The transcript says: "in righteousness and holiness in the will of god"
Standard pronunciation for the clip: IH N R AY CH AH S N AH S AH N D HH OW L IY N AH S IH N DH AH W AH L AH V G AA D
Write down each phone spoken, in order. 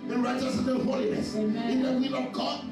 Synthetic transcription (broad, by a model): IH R AY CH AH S AH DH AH HH OW L IY N AH S IH N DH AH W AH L AH V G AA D